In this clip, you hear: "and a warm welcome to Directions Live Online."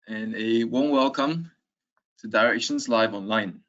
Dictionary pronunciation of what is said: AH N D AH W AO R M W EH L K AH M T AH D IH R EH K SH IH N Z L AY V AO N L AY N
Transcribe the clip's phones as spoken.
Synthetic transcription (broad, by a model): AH N AH W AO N W EH L K AH M T AH D IH R EH K SH IH N Z L AY V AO N L AY N